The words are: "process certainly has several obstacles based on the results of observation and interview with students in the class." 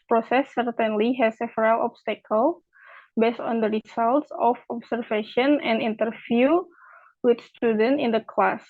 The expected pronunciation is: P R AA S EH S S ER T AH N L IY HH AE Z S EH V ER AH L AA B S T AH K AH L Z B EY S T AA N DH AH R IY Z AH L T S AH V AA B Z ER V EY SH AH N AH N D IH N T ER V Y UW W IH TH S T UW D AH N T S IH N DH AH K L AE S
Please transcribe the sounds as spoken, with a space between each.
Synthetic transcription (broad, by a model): P R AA S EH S S ER T AH N L IY HH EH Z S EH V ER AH L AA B S T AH K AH L B EY S T AA N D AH R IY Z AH L T S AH F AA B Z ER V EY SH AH N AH N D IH N T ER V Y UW W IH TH S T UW D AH N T IH N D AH K L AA S